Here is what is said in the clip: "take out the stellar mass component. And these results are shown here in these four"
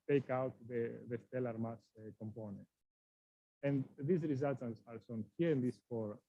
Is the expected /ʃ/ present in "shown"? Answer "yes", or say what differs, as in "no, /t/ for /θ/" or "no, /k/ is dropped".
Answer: no, /s/ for /ʃ/